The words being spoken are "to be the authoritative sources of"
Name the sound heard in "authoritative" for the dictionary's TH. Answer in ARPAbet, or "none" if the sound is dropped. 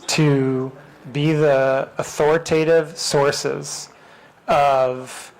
TH